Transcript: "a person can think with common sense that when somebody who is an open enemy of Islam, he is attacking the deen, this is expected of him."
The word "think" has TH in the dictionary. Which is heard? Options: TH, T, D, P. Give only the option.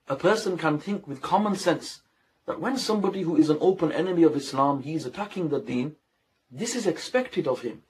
TH